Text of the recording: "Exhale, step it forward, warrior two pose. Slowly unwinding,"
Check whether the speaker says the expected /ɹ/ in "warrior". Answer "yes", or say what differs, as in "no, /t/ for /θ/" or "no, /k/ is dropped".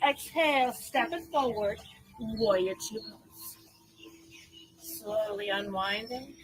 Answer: no, /ɹ/ is dropped